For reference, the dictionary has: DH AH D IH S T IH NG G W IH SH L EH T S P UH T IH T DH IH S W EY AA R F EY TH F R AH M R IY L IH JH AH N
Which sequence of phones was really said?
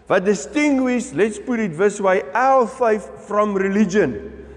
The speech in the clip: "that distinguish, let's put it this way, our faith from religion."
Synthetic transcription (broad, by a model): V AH D IH S T IH NG G W IH SH L EH T S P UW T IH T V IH S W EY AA L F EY F F R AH M R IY L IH JH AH N